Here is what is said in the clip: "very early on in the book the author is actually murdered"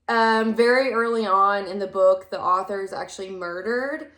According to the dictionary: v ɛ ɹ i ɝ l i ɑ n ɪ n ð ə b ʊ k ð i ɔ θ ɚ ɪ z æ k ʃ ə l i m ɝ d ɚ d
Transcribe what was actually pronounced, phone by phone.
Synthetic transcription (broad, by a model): v ɛ ɹ i ɝ l i ɑ n ɪ n ð ə b ʊ k ð i ɔ θ ɚ z æ k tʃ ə l i m ɝ d ɚ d